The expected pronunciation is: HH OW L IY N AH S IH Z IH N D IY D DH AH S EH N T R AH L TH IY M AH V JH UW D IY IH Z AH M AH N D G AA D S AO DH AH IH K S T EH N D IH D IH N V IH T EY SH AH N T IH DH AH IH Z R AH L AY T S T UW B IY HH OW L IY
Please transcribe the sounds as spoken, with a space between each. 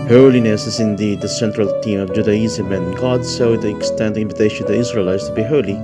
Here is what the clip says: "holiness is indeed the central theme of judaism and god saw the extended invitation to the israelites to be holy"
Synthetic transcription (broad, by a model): HH OW L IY N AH S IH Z IH N D IY D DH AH S EH N T R AH L T IY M AH V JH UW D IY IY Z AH M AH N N G AA D S AO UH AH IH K S T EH N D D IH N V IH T EY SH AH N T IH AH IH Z R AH L AY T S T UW B IY HH OW L IY